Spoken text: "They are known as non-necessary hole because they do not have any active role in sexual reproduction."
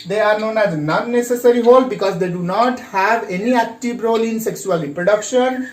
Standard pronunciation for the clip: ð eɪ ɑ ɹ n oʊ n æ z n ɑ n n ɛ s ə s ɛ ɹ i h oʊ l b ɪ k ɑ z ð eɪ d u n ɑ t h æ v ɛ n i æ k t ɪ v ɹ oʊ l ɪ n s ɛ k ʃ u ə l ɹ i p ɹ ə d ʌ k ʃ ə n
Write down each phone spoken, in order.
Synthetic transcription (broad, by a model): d eɪ ɑ ɹ n oʊ n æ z n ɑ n n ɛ s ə s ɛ ɹ i h oʊ l b ɪ k ɑ z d eɪ d u n ɑ t h æ v ɛ n i æ k t ɪ v ɹ oʊ l ɪ n s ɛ k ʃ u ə l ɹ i p ɹ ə d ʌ k ʃ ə n